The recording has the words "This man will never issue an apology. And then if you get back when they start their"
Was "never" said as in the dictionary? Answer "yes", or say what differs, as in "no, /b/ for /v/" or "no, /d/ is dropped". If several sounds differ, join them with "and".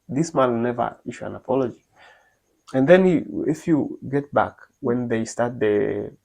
yes